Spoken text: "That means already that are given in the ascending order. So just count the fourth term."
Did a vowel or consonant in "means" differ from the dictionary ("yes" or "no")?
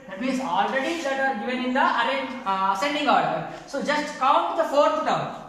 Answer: yes